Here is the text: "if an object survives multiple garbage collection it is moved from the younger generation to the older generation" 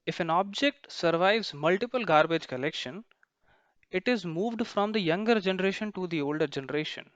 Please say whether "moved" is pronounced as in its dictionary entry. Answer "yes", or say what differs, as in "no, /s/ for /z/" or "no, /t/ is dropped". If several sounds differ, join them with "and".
yes